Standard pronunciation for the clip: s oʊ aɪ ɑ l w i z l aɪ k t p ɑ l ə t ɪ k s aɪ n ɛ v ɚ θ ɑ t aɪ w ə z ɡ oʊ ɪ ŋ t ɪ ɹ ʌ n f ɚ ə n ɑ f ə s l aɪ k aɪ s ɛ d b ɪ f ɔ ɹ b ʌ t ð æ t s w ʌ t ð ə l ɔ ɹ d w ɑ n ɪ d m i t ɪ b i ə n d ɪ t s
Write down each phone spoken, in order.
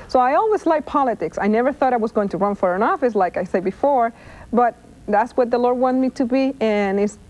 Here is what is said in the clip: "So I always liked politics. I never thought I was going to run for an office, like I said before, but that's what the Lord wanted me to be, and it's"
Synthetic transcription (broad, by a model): s oʊ aɪ ɑ l w i z l aɪ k p ɑ l ə t ɪ k s aɪ n ɛ v ɚ θ ɑ t aɪ w ə z ɡ oʊ ɪ ŋ t ɪ ɹ ʌ n f ɚ ə n ɑ f ə s l aɪ k aɪ s ɛ d b ɪ f ɔ ɹ b ʌ t ð æ t s w ʌ t ð ə l ɔ ɹ d w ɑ n m i t ɪ b i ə n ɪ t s